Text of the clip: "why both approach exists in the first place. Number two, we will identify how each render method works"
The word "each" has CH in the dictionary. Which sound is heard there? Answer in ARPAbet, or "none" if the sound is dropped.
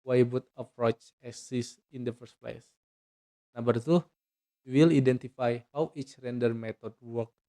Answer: CH